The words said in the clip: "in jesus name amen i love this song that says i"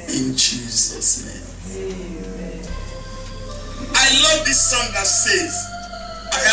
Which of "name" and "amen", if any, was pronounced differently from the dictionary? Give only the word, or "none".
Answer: amen